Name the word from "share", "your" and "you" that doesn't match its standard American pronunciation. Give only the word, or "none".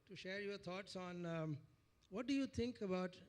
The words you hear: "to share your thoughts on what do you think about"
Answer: none